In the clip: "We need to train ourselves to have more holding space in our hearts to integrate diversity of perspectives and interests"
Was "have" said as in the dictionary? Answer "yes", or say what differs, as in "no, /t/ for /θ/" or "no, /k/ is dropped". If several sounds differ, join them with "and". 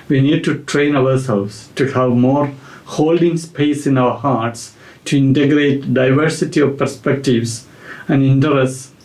yes